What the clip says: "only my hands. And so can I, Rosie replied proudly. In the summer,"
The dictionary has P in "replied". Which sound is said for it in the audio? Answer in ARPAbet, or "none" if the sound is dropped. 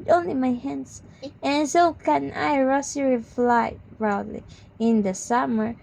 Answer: F